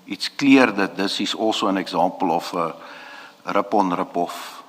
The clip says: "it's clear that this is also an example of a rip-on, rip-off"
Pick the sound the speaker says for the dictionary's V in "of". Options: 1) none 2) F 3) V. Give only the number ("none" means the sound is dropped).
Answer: 2